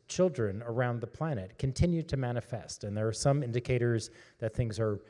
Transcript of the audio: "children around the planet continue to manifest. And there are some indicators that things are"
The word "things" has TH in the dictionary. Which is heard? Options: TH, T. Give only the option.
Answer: TH